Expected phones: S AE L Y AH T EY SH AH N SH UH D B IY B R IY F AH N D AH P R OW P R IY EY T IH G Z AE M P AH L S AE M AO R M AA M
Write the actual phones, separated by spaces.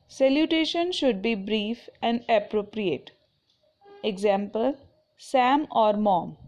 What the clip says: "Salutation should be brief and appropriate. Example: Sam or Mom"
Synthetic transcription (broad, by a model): S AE L Y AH T EY SH AH N SH UH D B IY B R IY F AH N D AH P R OW P R IY EY T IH G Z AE M P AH L S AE M AO R M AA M